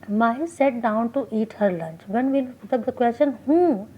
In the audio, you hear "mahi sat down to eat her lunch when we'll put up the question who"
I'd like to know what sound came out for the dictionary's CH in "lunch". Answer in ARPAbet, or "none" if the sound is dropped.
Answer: CH